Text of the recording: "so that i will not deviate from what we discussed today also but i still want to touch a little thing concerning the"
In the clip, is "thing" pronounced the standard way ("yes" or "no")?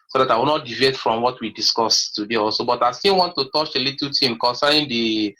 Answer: no